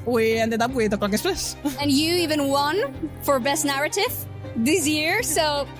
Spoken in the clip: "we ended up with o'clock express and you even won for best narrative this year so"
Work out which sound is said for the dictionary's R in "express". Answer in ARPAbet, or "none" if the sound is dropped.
L